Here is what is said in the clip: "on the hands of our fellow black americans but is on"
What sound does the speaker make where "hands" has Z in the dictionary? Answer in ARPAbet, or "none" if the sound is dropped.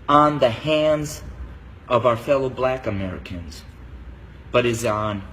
Z